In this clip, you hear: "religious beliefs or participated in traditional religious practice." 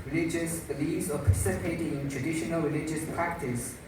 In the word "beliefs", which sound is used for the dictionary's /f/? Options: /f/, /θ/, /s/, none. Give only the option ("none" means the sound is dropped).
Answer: none